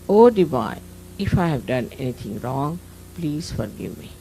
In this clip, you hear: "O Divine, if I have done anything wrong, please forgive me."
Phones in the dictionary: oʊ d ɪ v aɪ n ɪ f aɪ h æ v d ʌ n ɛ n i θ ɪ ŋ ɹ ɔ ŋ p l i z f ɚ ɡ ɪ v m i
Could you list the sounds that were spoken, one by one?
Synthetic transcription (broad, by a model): oʊ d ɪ b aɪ ɪ f aɪ h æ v d ʌ n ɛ n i t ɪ ŋ ɹ ɔ ŋ p l i z f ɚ ɡ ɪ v m i